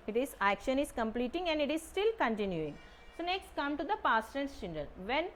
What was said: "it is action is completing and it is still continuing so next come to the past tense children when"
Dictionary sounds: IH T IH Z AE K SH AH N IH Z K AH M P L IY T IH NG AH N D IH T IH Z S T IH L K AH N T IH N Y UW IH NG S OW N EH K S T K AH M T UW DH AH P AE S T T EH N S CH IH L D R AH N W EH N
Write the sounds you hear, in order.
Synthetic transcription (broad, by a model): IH T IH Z AE K SH AH N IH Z K AH M P L IY T IH NG AH N D IH T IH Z S T IH L K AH N T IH N Y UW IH NG S OW N EH K S T K AH M T UW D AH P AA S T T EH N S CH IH N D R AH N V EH N